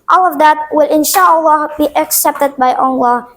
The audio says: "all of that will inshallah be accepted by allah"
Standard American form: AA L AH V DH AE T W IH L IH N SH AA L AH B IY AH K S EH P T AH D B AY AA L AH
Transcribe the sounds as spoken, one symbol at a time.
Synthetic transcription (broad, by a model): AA L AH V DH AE T W IH L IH N SH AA L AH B IY AH K S EH P T AH D B AY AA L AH